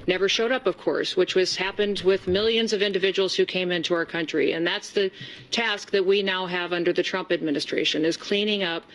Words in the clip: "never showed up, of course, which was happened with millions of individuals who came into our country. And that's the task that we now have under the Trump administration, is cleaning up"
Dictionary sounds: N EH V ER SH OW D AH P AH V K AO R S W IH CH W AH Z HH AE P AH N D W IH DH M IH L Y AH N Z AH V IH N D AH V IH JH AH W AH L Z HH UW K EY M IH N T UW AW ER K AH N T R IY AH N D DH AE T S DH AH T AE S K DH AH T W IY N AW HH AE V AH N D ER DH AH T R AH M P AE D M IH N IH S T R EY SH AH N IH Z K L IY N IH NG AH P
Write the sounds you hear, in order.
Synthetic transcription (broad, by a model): N EH V ER SH OW D AH P AH V K AO R S W IH CH W AH Z HH AE P AH N D W IH DH M IH L Y AH N Z AH V IH N D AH V IH JH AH W L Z HH UW K EY M IH N T UW AW ER K AH N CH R IY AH N DH AE T S DH AH T AE S K DH AH T W IY N AW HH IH V AH N D ER DH AH T R AH M P AE D M IH N IH S T R EY SH AH N IH Z K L IY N IH NG AH P